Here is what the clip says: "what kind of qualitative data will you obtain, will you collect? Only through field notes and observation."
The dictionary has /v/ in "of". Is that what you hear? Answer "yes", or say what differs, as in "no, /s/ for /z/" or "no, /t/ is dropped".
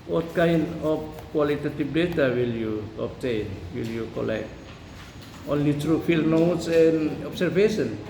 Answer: no, /p/ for /v/